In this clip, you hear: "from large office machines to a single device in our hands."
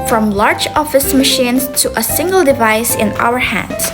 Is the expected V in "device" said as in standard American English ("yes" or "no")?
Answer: yes